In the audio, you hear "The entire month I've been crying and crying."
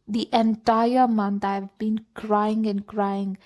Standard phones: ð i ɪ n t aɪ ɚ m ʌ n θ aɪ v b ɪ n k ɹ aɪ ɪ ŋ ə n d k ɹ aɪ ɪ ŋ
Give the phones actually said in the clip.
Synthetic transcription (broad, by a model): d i ɪ n t aɪ ɚ m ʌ n t aɪ v b ɪ n k ɹ aɪ ɪ ŋ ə n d k ɹ aɪ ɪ ŋ